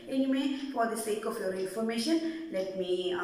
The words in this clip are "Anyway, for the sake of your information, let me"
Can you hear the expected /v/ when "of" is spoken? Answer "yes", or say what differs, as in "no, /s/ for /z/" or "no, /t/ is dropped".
no, /f/ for /v/